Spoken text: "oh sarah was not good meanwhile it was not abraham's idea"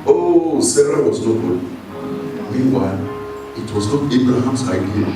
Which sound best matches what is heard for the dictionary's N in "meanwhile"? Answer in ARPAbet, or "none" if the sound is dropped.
N